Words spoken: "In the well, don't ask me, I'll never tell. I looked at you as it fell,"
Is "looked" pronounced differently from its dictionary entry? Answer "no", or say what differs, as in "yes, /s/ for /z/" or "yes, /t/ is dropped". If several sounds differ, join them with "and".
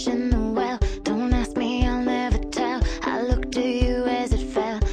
no